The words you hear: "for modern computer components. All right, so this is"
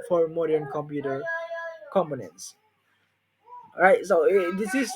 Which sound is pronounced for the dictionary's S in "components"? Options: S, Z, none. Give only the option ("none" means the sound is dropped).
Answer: S